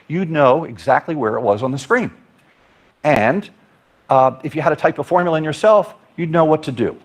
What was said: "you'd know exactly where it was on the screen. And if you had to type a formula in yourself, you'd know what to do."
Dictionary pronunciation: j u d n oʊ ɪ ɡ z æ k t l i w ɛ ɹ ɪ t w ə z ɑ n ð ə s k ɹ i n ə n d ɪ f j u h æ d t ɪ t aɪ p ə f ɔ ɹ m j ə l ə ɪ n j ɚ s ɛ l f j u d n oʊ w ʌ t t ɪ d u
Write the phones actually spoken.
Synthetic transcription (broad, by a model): j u d n oʊ ɪ ɡ z æ k t l i w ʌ ɹ ɪ t w ə z n ð ə s k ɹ i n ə n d ɪ f j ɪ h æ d t ɪ t aɪ p ə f ɔ ɹ m j l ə ɪ n j ɚ s ɛ l f j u d n oʊ w ʌ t t ɪ d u